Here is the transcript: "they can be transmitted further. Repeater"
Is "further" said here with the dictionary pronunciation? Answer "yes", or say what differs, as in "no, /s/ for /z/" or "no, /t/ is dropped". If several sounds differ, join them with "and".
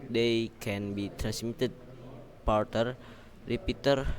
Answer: no, /p/ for /f/